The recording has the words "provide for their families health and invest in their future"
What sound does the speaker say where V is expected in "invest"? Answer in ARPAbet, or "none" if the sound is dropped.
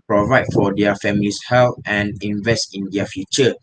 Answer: V